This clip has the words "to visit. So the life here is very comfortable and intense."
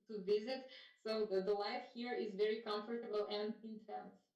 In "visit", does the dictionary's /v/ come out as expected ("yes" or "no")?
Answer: yes